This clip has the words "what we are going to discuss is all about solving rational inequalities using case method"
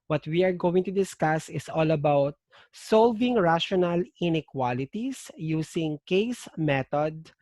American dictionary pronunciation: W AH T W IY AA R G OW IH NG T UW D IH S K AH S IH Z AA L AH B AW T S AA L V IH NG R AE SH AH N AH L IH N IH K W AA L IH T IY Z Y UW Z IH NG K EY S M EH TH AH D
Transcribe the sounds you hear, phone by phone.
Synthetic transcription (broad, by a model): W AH T W IY AA R G OW IH NG T UW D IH S K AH S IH S AA L AH B AW T S AA L V IH NG R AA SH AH N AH L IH N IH K W AA L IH T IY S Y UW S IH NG K EY S M EH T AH D